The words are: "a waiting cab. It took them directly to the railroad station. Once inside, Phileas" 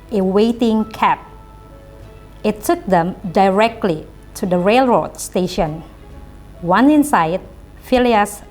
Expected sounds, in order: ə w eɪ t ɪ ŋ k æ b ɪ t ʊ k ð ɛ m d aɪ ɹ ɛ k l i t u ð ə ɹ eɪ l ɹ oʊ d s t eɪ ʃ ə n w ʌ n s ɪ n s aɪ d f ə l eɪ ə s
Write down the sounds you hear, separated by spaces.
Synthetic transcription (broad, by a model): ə w eɪ t ɪ ŋ k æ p ɪ t ʊ k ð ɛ m d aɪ ɹ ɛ k l i t u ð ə ɹ eɪ l ɹ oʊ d s t eɪ ʃ ə n w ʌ n ɪ n s aɪ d f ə l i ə s